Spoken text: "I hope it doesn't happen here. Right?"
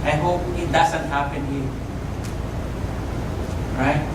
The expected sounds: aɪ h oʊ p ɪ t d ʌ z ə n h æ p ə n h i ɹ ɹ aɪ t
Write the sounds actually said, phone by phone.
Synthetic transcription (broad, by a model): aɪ h oʊ p ɪ t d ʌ s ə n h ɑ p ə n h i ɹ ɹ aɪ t